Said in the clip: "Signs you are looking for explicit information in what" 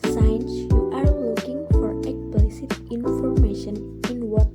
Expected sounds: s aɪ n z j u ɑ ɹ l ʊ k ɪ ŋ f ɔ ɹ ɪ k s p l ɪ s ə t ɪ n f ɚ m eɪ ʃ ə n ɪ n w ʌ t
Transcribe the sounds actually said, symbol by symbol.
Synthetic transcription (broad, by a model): s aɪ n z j ɑ ɹ w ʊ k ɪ ŋ f ɔ ɹ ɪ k s p l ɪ s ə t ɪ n f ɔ m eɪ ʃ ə n ɪ n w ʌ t